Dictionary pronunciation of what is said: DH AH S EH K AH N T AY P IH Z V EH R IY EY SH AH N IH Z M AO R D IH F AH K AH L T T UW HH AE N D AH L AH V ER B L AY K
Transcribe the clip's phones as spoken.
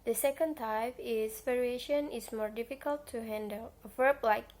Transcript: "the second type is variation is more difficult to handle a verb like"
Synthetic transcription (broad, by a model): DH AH S EH K AH N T AY F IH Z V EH R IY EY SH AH N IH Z M AO R D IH F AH K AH L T T UW HH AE N D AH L AH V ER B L AY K